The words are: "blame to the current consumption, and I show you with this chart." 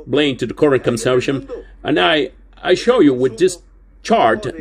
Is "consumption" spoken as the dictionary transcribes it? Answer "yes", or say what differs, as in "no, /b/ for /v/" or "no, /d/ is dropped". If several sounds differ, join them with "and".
no, /m/ is dropped